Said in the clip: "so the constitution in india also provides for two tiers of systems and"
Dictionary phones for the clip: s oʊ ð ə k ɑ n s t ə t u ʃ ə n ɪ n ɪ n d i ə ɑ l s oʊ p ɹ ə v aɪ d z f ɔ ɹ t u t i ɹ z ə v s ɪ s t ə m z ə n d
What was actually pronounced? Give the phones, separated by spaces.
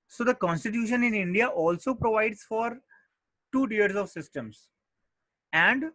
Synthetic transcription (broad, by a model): s oʊ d ə k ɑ n s t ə t u ʃ ə n ɪ n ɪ n d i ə ɑ l s oʊ p ɹ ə v aɪ d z f ɔ ɹ t u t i ɹ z ə v s ɪ s t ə m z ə n d